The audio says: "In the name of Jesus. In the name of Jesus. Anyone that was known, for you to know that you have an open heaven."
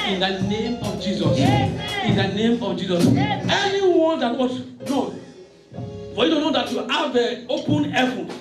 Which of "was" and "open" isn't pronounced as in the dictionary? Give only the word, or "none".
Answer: was